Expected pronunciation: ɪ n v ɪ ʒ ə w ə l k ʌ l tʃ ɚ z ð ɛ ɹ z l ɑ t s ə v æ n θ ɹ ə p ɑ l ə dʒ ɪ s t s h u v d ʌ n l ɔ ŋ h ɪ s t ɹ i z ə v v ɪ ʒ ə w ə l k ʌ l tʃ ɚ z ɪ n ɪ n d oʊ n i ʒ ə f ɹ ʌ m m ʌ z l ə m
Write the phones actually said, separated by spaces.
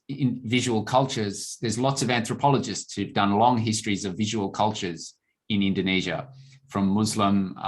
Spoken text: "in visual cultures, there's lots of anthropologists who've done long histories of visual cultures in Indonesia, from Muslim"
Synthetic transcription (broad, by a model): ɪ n v ɪ ʒ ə w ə l k ʌ l tʃ ɚ z ð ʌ ɹ z l ɑ t s ə v æ n θ ɹ ə p ɑ l ə dʒ ɪ s t s h u v d ʌ n l ɔ ŋ h ɪ s t ɹ i z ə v v ɪ ʒ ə w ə l k ʌ l tʃ ɚ z ɪ n ɪ n d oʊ n i ʒ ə f ɹ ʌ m m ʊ z l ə m